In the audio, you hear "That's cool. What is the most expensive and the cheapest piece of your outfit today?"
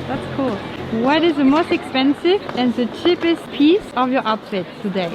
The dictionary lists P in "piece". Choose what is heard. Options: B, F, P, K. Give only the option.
P